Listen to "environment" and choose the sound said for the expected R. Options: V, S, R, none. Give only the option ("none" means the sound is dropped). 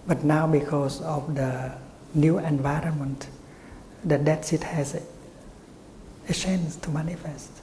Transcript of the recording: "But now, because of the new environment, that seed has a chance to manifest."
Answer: R